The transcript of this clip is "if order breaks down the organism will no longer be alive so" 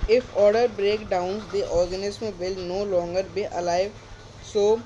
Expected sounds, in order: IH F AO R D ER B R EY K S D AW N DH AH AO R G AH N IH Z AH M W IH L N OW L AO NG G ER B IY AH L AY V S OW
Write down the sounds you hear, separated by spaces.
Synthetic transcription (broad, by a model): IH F AO R D ER B R EY K D AW N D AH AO R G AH N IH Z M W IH L N OW L AO NG G ER B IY AH L AY V S OW